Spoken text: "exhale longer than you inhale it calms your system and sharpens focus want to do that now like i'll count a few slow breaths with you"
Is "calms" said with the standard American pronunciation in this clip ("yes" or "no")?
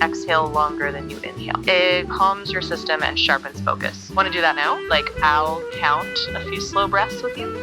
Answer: yes